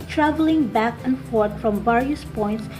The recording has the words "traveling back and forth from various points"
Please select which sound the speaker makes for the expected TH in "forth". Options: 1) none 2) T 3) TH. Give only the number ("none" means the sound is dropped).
2